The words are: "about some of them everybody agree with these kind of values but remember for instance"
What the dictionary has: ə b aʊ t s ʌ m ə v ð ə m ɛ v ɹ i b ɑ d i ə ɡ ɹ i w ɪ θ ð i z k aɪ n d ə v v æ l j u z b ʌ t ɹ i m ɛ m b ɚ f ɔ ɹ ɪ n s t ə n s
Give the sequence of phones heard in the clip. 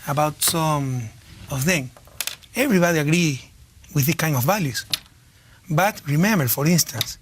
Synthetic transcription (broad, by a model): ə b aʊ t s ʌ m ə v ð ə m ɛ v ɹ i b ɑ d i ə ɡ ɹ i w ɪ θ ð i k aɪ n d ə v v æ l j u s b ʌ t ɹ i m ɛ m b ɚ f ɔ ɹ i n s t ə n s